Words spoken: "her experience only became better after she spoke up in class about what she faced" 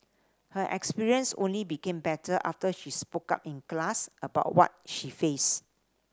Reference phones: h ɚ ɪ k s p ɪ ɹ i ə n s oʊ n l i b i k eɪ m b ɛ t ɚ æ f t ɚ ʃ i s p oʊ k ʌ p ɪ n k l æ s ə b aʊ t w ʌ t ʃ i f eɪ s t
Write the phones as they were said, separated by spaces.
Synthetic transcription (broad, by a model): h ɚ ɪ k s p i ɹ i ə n s oʊ n l i b i k eɪ m b ɛ t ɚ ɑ f t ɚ ʃ i s p oʊ k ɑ p ɪ n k l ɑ s ə b aʊ t w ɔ t ʃ i f eɪ s